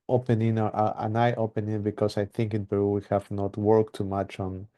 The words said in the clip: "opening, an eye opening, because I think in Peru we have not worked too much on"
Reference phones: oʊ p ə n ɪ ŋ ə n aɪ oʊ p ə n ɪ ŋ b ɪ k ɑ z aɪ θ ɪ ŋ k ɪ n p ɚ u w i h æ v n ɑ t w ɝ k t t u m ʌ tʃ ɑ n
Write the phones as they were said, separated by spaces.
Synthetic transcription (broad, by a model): oʊ p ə n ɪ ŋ ə n aɪ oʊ p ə n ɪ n b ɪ k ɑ s aɪ θ ɪ ŋ k ɪ n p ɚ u w i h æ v n ɑ t w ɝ k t t u m ʌ tʃ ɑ n